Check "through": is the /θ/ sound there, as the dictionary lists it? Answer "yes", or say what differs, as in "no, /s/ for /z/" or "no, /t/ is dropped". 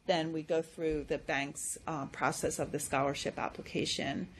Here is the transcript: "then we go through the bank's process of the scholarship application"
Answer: yes